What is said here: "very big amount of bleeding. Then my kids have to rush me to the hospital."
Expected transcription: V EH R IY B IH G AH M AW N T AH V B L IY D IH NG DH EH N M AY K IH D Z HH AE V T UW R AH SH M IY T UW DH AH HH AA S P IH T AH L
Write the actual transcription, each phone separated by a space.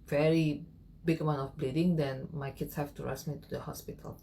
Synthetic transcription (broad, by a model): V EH R IY B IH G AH M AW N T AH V B L IY D IH NG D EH N M AY K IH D S HH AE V T UW R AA S M IY T UW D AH HH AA S P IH T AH L